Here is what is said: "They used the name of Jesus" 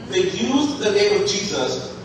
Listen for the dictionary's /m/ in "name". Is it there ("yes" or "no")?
yes